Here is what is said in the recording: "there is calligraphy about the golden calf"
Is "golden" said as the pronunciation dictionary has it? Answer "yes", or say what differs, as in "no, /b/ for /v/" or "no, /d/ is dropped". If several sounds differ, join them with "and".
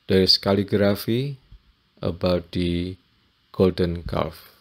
yes